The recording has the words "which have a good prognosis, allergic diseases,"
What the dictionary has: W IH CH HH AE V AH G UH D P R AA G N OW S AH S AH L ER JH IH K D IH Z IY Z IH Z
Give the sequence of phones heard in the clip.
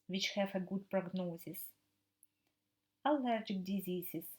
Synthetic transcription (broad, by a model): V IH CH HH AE F AH G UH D P R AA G N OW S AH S AH L ER JH IH K D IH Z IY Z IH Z